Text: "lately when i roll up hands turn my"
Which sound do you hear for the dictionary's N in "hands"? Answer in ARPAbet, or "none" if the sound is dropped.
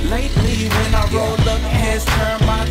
none